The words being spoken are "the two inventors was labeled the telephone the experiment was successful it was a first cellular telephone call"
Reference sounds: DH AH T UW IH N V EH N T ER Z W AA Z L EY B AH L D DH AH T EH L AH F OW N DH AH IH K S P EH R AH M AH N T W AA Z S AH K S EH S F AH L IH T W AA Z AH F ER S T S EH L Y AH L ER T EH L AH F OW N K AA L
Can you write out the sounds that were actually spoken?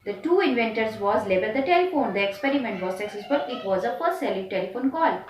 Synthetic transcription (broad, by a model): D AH T UW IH N V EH N T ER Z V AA Z L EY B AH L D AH T EH L AH F OW N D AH IH K S P EH R AH M AH N T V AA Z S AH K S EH S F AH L IH T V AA Z AH P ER T S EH L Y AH T EH L AH F OW N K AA L